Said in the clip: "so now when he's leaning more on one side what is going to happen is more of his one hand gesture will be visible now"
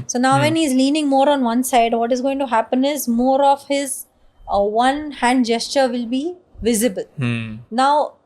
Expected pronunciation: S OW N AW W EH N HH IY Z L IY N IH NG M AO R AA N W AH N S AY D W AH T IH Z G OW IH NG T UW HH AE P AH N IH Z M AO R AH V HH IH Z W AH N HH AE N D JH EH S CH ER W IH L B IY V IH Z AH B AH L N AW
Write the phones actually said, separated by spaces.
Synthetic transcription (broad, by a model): S OW N AW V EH N HH IY Z L IY N IH NG M AO R AA N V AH N S AY D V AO T IH Z G OW IH NG T UW HH AE P AH N IH Z M AO R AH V HH IH Z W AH N HH AE N D JH EH S CH ER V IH L B IY V IH Z AH B AH L N AW